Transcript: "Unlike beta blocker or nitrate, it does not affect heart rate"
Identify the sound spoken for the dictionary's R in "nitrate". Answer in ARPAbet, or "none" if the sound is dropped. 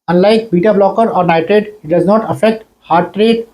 none